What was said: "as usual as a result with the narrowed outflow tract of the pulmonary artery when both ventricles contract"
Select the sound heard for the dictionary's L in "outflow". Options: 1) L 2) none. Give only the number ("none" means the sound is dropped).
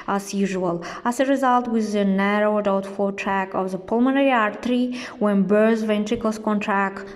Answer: 2